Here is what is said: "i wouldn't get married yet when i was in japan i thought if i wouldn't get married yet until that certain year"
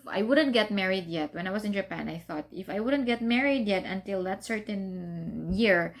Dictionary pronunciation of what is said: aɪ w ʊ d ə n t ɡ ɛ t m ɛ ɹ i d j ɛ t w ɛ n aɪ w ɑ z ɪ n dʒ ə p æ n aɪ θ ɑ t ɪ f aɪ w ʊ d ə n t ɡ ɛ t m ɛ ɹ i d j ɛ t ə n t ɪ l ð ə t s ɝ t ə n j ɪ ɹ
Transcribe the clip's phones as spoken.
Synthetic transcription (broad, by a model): aɪ w ʊ d ə n t ɡ ɛ t m ɛ ɹ i d j ɛ t w ɛ n aɪ w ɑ s ɪ n dʒ ə p æ n aɪ θ ɑ t ɪ f aɪ w ʊ d ə n t ɡ ɛ t m ɛ ɹ i d j ɛ t ə n t ɪ l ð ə t s ɝ t ə n j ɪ ɹ